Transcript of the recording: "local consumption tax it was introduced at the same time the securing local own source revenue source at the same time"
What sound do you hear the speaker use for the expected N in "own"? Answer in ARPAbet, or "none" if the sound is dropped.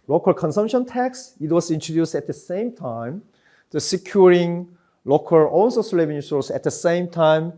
L